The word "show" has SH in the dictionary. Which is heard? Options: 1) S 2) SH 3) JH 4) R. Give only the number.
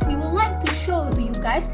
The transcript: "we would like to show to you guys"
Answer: 2